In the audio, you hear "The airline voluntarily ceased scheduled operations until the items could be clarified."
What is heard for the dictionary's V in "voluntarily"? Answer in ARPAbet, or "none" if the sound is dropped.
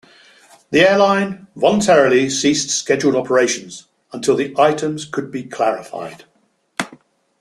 V